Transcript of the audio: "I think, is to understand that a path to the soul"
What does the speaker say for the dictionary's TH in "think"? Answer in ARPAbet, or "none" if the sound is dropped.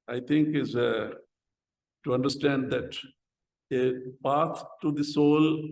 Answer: T